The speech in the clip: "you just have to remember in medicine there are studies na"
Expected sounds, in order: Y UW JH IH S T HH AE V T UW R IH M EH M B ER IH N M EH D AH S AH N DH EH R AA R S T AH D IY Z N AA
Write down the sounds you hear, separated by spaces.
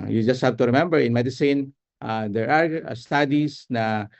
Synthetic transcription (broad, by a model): Y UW JH IH S T HH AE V T UW R IH M EH M B ER IH N M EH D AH S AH N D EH R AA R S T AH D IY S N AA